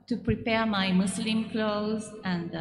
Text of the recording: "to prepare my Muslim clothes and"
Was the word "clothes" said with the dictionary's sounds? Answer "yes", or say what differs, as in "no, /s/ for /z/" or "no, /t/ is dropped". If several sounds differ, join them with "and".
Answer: yes